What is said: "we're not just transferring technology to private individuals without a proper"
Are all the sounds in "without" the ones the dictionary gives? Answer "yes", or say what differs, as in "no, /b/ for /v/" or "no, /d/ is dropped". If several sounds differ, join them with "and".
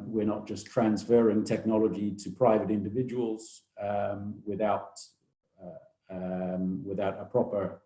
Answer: yes